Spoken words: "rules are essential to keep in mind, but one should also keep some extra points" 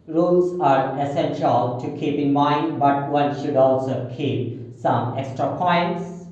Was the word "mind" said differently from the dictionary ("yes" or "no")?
no